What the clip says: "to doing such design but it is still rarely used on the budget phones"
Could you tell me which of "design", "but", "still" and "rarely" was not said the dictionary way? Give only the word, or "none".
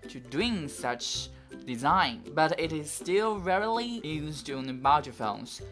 none